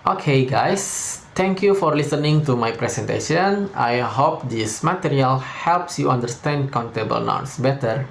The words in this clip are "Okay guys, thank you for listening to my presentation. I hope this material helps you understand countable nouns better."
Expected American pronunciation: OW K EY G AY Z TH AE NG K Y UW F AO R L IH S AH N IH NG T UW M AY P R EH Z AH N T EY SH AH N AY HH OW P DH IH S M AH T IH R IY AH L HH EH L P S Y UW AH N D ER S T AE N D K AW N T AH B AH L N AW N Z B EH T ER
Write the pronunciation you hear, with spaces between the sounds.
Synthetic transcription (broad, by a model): OW K EY G AY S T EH NG K Y UW F AO R L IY S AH N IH NG T UW M AY P R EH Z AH N T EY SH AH N AY HH OW P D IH S M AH T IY R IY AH L HH EH L P S Y UW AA N D ER S T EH N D K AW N T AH B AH L N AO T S B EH T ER